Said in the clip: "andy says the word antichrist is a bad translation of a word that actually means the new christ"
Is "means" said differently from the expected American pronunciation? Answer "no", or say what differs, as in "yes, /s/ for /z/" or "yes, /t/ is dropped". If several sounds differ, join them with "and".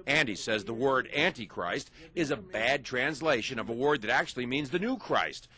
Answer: no